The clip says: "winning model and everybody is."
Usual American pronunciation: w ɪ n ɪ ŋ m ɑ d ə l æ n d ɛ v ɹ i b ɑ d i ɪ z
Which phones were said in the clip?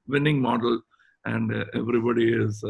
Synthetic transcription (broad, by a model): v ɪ n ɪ ŋ m ɑ d ə l æ n d ɛ v ɹ i b ɑ d i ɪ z